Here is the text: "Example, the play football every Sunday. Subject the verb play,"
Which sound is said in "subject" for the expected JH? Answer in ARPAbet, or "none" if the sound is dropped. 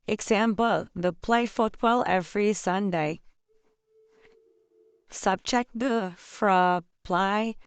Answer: CH